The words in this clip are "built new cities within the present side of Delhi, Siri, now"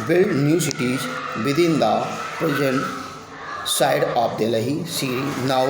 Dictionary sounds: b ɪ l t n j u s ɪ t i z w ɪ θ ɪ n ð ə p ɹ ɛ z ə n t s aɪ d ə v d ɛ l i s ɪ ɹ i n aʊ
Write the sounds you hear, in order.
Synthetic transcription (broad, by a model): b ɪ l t n j u s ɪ t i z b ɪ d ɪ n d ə p ɹ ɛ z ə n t s aɪ d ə p d ɛ l i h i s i n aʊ